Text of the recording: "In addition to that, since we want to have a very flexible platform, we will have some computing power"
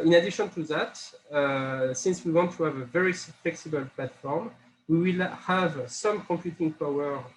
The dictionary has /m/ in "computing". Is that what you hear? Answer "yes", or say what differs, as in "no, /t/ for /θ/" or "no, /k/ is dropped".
yes